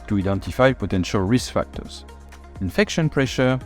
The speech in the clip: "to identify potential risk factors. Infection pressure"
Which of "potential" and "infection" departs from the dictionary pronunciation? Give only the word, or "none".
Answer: none